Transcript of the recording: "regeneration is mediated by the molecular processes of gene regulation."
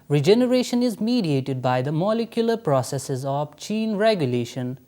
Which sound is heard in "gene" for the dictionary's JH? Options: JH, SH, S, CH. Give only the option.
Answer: CH